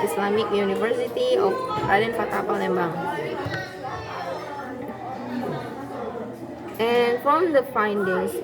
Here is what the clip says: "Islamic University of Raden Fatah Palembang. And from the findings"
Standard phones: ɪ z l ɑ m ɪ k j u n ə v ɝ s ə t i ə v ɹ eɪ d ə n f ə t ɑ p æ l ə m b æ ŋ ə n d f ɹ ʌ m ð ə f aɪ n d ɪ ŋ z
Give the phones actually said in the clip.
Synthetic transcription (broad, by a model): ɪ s l ɑ m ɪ k j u n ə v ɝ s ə t i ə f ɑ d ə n p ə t ɑ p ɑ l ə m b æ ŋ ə n f ɹ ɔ m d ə f aɪ n d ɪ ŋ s